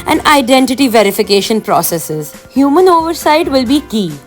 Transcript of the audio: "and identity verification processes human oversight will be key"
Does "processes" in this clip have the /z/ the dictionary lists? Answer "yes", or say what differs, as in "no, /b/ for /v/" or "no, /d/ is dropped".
yes